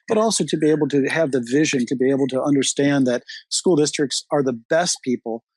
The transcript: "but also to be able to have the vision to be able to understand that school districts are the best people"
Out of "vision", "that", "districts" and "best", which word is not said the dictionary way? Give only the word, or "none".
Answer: none